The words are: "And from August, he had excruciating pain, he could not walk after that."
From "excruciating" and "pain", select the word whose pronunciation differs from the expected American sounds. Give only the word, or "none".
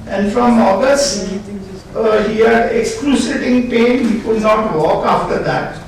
excruciating